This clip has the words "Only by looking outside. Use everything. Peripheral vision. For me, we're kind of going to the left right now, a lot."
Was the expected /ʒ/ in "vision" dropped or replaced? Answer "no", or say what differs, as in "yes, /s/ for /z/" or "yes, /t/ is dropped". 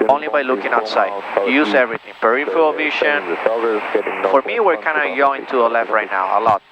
yes, /ʃ/ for /ʒ/